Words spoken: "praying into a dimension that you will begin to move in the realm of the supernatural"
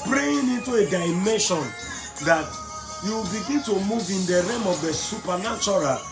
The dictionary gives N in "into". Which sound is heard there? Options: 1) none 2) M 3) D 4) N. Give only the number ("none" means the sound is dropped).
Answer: 4